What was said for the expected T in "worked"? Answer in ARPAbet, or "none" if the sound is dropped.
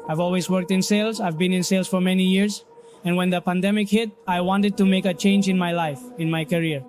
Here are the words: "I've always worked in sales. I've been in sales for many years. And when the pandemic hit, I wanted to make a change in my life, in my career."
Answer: T